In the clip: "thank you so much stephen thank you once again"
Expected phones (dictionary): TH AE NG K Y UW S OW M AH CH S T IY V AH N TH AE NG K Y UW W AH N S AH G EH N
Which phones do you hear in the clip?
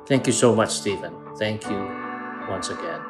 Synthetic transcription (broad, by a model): TH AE NG K Y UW S OW M AH CH S T IY V AH N TH AE NG K Y UW W AH N S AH G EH N